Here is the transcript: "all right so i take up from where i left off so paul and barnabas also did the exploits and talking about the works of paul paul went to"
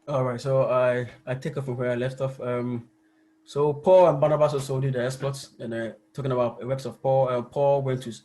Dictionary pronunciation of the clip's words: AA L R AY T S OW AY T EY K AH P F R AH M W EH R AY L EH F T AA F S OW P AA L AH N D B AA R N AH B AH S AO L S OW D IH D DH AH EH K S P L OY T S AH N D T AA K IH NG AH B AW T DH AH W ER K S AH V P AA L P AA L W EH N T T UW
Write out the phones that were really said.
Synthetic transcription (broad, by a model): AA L R AY T S OW AY T EY K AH F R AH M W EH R AY L EH F T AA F S OW P AA L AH N B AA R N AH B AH S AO S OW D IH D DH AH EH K S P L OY T S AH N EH T AA K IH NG AH B AW T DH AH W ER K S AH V P AA L P AA L W EH N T T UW